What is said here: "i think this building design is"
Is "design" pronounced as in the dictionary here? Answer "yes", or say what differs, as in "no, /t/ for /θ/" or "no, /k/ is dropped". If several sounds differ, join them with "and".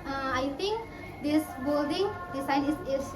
no, /s/ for /z/